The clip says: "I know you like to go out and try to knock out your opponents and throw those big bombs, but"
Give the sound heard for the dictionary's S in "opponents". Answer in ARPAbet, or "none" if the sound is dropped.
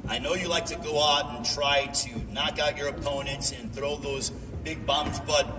S